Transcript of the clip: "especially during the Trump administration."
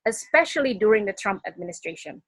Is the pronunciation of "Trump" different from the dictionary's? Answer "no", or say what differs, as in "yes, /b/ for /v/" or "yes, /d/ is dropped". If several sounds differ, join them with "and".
no